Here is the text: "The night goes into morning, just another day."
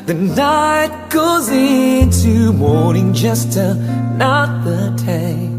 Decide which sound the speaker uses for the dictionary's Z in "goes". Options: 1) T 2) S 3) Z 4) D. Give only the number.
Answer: 3